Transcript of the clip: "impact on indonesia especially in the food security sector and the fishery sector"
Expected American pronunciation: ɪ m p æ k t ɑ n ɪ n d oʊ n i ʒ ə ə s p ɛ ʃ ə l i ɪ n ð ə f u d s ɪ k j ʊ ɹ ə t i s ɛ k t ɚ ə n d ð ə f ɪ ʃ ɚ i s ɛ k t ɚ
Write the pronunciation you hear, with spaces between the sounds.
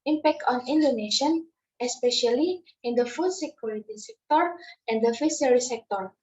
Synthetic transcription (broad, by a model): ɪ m p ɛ k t ɑ n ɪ n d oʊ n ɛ ʃ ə ə s p ɛ ʃ ə l i ɪ n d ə f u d s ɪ k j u ɹ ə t i s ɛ k t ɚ ə n d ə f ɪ s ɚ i s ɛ k t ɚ